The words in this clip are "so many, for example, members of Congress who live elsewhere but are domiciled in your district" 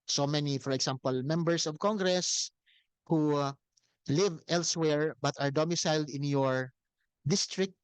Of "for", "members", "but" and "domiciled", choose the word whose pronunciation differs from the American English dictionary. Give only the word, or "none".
members